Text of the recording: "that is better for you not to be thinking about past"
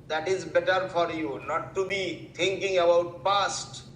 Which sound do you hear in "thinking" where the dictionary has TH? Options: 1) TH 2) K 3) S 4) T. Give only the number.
4